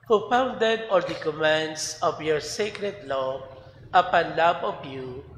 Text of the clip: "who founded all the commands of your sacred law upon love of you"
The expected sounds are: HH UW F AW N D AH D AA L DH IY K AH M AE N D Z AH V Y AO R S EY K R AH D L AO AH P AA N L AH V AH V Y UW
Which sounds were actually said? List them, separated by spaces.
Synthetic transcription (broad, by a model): HH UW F AW N D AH D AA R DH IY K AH M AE N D S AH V Y AO R S EY K R AH D L AO AH P AA N L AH B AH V Y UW